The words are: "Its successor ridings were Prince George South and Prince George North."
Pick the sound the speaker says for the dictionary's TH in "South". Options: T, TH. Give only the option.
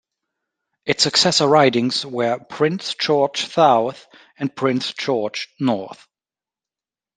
TH